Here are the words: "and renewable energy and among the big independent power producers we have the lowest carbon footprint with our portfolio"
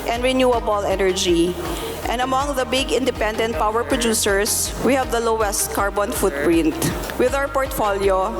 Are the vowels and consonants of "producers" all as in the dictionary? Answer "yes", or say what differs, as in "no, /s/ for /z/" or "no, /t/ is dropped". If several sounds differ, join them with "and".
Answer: no, /s/ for /z/